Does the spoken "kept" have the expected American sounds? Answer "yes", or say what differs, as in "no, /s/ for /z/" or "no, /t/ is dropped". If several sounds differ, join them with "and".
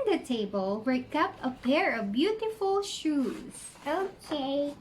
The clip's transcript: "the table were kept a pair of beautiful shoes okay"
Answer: no, /t/ is dropped